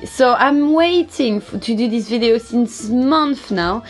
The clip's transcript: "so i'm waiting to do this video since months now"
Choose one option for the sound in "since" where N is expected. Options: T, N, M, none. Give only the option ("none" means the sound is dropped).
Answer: N